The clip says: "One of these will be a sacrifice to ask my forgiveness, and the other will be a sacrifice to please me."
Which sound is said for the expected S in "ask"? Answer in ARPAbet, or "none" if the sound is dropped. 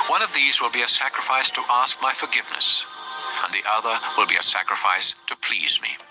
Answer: S